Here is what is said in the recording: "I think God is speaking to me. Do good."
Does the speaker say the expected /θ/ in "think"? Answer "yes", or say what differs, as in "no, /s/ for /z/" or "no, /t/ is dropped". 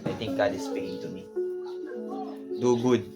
no, /t/ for /θ/